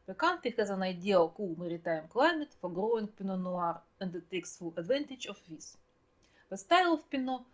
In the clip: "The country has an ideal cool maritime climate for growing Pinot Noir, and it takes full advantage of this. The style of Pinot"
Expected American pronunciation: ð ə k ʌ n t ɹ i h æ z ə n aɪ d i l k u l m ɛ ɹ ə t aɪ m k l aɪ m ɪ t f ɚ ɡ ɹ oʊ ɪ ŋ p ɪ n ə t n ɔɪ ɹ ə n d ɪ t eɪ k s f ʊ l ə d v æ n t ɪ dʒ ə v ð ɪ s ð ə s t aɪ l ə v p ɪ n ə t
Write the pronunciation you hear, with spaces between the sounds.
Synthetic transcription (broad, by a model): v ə k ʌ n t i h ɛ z ə n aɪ d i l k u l m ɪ ɹ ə t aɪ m k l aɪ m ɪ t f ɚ ɡ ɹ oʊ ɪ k p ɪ n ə n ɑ ɹ ə n d ɪ t eɪ k s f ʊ l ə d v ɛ n t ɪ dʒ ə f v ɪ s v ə s t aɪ l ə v p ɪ n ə